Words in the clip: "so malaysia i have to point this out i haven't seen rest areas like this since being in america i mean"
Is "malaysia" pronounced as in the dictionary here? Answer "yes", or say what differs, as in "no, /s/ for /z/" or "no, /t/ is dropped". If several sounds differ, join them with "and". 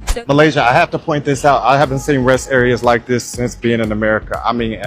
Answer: yes